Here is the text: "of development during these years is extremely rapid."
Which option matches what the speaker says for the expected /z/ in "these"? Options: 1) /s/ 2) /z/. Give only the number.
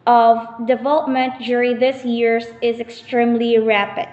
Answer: 1